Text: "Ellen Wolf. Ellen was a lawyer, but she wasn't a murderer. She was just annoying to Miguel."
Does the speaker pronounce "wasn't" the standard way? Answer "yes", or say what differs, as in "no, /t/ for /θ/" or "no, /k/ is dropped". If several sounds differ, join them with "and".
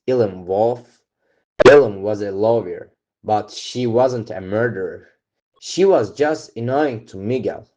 yes